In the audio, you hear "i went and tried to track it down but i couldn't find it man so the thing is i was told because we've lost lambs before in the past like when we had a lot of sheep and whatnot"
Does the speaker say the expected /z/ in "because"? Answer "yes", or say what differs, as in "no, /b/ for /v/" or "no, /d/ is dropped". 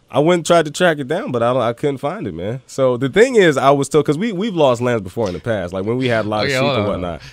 no, /z/ is dropped